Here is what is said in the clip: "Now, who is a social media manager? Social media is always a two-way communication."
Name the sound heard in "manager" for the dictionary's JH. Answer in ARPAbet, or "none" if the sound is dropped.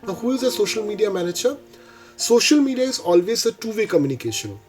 CH